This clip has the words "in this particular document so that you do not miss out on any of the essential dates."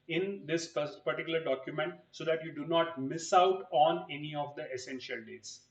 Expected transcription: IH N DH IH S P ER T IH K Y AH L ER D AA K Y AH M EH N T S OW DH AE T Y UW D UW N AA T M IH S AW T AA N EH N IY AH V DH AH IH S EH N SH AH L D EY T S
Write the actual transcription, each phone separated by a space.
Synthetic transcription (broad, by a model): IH N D IH S P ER T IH K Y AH L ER D AA K Y AH M EH N T S OW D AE T Y UW D UW N AA T M IH S AW T AA N EH N IY AH V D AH IH S EH N SH AH L D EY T S